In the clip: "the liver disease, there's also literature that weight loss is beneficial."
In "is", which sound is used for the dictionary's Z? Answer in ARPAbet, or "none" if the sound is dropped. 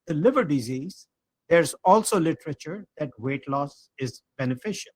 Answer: Z